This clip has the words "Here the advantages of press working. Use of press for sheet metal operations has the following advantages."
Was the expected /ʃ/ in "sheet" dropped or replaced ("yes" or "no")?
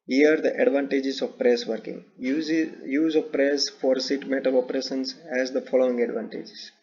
yes